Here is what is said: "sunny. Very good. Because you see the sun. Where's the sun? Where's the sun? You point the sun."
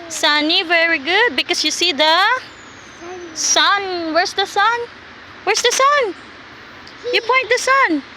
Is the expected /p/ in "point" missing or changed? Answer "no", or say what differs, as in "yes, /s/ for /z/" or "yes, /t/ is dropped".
no